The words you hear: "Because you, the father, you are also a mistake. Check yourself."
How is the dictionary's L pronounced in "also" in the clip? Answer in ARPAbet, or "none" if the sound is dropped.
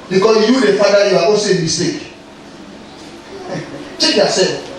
none